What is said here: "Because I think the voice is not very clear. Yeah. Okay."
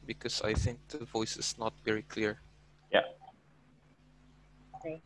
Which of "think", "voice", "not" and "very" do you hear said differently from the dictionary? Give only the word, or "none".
none